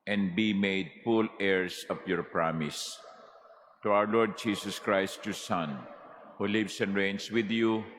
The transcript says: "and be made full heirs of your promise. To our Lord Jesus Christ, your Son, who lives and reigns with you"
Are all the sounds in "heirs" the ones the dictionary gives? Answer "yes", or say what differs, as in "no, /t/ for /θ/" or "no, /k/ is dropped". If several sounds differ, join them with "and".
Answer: no, /s/ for /z/